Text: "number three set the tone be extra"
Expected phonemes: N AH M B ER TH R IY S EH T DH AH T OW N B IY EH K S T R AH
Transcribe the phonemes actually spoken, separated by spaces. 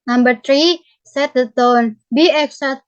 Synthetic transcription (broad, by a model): N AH M B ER T R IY S EH T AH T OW N B IY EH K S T